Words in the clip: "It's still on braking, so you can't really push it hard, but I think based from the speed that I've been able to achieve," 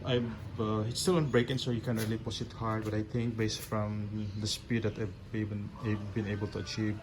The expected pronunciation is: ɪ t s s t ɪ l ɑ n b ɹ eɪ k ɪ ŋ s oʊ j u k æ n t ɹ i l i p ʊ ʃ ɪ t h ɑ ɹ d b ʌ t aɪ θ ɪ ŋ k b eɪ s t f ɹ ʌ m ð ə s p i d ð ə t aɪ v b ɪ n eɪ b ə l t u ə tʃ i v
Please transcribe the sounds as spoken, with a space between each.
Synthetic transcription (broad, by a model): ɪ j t s t ɪ l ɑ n b ɹ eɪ k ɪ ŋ s oʊ j u k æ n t ɹ i l i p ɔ s ɪ t h ɑ ɹ d b ʌ t aɪ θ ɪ ŋ k b eɪ s t f ɹ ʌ m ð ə s p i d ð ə t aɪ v b ɪ n eɪ b ə l t u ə tʃ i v